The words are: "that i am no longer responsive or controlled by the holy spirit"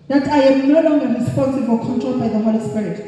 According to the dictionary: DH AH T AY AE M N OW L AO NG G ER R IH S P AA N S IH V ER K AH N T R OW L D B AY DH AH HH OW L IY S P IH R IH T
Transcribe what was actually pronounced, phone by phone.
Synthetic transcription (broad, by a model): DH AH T AY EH M N OW L AO NG G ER R IH S P AA N S IH V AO K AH N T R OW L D B AY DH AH HH OW L IY S P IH R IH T